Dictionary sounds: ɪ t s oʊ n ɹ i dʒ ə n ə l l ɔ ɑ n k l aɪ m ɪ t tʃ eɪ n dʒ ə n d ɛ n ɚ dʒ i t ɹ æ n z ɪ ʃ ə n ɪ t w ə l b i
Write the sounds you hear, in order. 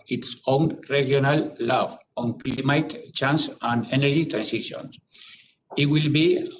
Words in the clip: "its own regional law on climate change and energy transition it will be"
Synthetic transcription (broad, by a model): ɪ t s oʊ n ɹ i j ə n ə l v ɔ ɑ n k l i m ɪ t tʃ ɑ n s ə n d ɛ n ɚ dʒ i t ɹ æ n s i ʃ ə n ɪ t w ə l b i